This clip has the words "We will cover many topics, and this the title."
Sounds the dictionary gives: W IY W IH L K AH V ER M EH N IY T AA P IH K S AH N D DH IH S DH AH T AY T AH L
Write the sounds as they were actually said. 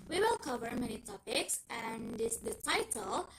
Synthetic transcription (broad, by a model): W IY W IH L K AH V ER M EH N IY T AA P IH K S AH N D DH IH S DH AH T AY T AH L